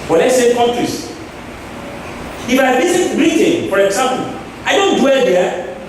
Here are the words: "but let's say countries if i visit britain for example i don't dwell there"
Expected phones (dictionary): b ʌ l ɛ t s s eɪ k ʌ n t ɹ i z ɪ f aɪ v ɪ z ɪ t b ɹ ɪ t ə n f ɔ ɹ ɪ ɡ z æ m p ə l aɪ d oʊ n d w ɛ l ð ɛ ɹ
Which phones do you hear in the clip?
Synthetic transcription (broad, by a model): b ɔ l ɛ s s eɪ k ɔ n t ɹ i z ɪ f aɪ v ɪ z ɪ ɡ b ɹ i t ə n f ɔ ɹ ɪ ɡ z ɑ m p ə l aɪ d oʊ n d w ɛ l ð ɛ